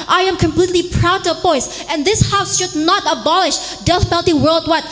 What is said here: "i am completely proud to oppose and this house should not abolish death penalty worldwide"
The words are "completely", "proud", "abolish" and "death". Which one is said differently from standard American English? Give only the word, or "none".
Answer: death